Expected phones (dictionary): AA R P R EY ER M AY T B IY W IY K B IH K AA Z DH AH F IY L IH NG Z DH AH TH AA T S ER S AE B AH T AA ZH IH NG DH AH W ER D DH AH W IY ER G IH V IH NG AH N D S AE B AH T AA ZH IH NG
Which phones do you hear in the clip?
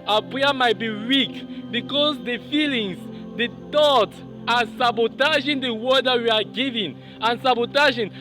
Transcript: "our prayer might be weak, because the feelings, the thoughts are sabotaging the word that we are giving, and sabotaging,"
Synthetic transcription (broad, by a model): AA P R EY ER M AY T B IY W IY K B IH K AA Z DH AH F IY L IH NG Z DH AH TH AA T ER S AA B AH T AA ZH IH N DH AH W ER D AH W IY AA G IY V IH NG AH N S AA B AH T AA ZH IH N